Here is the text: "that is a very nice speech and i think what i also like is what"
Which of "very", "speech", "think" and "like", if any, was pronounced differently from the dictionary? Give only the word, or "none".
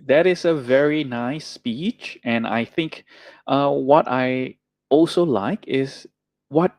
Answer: none